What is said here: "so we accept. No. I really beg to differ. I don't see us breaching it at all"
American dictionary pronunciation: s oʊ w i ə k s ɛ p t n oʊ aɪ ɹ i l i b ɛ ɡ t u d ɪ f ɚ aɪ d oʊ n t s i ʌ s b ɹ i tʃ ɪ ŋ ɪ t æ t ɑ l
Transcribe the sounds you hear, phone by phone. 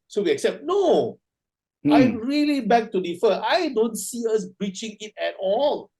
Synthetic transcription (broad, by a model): s oʊ w i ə k s ɛ p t n oʊ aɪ ɹ i l i b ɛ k t u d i f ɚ aɪ d oʊ n t s i ʌ s b ɹ i tʃ ɪ ŋ ɪ t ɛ t ɑ l